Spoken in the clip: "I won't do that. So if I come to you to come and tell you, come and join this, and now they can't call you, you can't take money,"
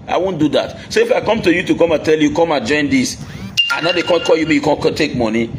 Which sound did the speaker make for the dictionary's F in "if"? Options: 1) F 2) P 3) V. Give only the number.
1